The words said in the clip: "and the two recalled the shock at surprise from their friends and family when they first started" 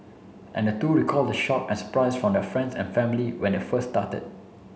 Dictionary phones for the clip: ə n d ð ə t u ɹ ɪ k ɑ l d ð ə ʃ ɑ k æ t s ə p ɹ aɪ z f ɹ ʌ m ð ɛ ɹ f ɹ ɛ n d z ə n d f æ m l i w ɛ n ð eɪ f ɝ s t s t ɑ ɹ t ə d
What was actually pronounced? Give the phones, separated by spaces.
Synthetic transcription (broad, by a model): ə n d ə t u ɹ ɪ k ɑ l d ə ʃ ɑ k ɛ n s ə p ɹ aɪ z f ɹ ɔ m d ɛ f ɹ ɛ n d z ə n f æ m l i w ɛ n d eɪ f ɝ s s t ɑ t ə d